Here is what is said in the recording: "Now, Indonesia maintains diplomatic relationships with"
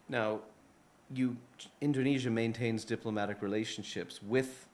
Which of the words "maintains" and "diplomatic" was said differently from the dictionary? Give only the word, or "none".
none